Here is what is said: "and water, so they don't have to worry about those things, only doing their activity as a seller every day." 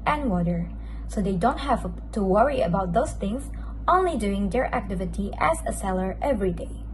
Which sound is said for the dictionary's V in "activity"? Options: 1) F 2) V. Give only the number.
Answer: 2